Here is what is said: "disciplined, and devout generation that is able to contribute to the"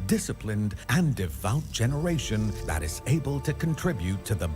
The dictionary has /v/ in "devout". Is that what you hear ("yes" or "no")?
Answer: yes